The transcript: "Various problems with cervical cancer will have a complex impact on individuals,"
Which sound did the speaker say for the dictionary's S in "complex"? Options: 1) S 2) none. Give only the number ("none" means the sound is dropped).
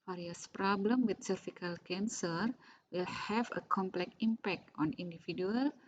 2